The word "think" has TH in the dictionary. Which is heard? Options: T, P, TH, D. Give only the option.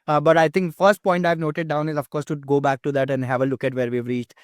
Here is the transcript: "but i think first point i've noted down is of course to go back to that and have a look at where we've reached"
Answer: T